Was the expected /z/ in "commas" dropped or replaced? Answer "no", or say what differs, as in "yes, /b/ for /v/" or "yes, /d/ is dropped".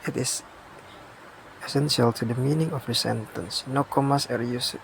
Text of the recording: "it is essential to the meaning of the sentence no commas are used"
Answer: yes, /s/ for /z/